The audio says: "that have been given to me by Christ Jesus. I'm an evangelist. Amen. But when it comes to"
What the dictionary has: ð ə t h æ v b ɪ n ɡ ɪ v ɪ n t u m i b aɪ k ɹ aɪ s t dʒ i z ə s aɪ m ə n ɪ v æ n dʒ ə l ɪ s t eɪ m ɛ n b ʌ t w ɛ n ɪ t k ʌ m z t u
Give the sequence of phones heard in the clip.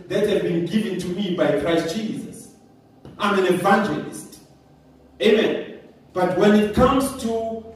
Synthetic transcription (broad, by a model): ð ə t h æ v b ɪ n ɡ ɪ v ɪ n t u m i b aɪ k ɹ aɪ s t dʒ i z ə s aɪ m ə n ɪ v æ n dʒ ə l ɪ s t eɪ m ɛ n b ʌ t w ɛ n ɪ t k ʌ m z t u